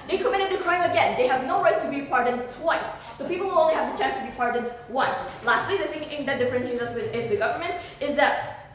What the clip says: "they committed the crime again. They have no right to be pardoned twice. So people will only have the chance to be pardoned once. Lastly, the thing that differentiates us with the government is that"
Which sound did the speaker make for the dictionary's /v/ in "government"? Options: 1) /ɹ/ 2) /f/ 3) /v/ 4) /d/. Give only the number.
3